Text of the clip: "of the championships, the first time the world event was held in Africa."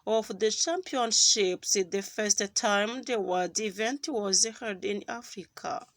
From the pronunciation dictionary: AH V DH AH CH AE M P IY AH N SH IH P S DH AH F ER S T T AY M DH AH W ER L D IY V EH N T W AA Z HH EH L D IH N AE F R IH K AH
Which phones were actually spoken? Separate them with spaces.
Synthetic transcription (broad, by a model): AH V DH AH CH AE M P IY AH N SH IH P S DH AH F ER S T T AY M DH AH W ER D IY V EH N T W AA Z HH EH D IH N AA F R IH K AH